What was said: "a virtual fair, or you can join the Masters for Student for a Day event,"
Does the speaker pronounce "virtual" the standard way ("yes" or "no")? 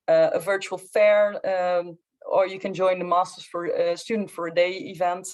yes